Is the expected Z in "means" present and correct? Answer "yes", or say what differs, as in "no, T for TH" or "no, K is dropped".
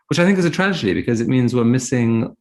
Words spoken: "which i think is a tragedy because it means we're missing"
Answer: yes